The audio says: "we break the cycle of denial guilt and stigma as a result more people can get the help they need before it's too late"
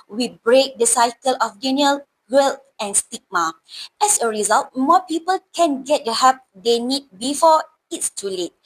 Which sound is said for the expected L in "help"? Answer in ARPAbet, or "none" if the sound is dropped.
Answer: none